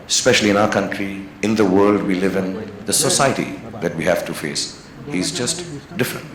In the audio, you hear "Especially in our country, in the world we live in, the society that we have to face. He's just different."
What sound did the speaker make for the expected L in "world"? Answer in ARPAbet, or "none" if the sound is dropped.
L